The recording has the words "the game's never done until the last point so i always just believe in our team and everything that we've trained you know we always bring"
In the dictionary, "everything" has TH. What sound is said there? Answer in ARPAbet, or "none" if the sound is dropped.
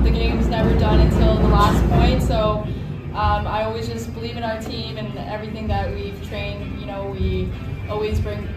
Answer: TH